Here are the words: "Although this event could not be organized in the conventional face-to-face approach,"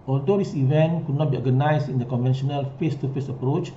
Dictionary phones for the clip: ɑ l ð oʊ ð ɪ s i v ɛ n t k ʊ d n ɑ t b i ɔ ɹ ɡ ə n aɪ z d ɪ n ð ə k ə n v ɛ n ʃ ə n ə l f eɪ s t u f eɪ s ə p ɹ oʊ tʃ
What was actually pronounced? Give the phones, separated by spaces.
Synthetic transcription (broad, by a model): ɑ l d oʊ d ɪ s i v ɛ n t k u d n ɑ t b i ɔ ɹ ɡ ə n aɪ s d ɪ n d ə k ə n v ɛ n ʃ ə n ə l f eɪ s t u f eɪ s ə p ɹ oʊ tʃ